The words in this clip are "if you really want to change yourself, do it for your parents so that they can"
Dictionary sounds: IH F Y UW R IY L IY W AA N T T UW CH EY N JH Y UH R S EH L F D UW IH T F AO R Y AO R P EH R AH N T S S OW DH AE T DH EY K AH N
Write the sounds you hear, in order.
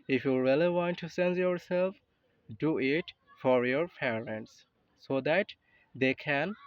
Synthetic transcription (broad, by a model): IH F Y UW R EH L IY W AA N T T UW S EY N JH Y UH R S EH L F D UW IH T F AO R Y AO R P EH R AH N T S S OW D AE T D EY K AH N